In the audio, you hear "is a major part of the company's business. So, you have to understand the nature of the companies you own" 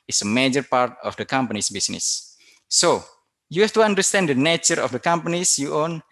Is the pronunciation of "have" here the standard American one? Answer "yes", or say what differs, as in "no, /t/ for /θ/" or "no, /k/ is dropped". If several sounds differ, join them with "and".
no, /f/ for /v/